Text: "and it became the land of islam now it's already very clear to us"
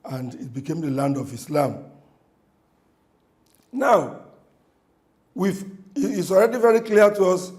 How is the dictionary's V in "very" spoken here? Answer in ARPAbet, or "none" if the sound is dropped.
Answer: V